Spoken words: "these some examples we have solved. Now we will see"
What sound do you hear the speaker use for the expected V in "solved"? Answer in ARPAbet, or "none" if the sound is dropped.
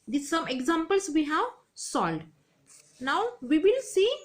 none